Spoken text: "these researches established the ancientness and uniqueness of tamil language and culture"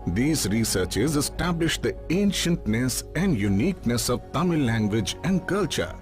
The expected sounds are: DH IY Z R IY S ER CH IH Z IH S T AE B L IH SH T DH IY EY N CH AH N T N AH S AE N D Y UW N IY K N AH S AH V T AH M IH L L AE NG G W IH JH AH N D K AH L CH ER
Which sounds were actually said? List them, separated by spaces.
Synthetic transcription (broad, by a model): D IY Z R IY S ER CH IH Z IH S T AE B L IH SH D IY EY N SH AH N T N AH S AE N D Y UW N IY K N AH S AH V T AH M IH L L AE NG G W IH JH AH N D K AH L CH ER